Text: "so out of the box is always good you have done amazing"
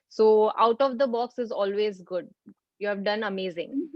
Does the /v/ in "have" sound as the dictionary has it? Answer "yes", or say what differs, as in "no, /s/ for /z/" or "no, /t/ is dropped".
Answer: yes